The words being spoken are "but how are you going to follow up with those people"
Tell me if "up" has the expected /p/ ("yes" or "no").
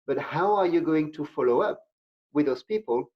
yes